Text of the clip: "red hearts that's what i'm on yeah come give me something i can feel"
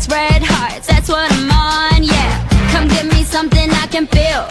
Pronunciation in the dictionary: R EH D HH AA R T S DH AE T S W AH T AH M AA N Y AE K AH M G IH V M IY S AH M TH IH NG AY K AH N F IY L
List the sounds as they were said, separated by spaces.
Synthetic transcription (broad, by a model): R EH D HH AA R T DH AE T S W AH T AH M AA N Y AE K AH M G IH V M IY S AH M TH IH NG AY K AH N F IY L